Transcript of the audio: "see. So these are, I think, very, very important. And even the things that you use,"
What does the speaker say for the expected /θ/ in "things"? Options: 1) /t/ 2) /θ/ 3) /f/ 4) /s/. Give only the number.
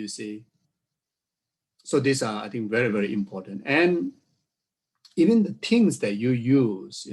1